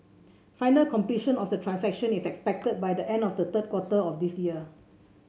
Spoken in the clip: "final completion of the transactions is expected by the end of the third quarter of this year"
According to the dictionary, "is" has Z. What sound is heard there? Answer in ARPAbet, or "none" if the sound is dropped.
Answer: S